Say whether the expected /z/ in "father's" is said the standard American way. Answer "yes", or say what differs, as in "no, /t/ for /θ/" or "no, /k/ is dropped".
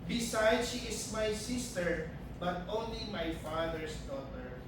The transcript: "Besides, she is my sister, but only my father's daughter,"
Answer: no, /s/ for /z/